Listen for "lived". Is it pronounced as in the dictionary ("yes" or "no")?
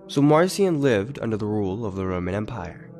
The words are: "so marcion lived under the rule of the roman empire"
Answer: yes